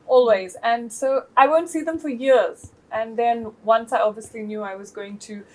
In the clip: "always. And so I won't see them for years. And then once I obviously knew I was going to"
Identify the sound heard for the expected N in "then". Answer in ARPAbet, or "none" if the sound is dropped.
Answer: N